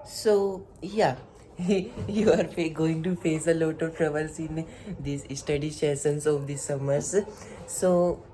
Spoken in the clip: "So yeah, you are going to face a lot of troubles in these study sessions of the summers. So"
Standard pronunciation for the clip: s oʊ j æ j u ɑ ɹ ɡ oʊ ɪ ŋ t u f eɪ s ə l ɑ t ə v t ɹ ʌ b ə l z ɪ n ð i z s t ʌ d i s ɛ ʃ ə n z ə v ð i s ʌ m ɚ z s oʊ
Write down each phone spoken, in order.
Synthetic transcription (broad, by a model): s oʊ j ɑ j u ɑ ɹ ɡ oʊ ɪ ŋ t u f eɪ s ə l ɑ t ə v t ɹ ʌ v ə l s ɪ n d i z s t ʌ d i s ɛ s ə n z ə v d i s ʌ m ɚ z s oʊ